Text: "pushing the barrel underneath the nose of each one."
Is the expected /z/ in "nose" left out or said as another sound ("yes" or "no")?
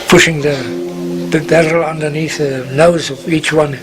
no